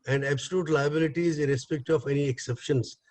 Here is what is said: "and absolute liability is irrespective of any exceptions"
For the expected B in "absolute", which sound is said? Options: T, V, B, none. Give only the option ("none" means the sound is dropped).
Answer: B